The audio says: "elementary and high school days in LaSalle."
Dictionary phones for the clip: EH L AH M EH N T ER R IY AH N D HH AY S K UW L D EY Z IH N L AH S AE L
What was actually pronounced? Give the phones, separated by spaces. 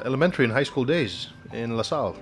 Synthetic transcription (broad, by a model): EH L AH M EH N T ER R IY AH N HH AY S K UW L D EY Z IH N L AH S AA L